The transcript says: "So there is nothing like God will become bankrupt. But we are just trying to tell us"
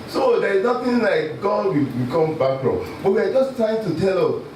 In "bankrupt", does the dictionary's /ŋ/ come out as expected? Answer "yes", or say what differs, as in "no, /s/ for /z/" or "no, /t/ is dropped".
no, /ŋ/ is dropped